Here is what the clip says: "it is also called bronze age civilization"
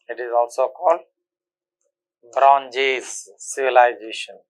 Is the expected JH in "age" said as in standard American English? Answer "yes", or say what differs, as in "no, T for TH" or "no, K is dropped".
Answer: no, Z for JH